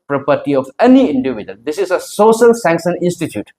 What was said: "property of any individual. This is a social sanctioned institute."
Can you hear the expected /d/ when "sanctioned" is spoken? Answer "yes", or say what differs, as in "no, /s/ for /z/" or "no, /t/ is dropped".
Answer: no, /d/ is dropped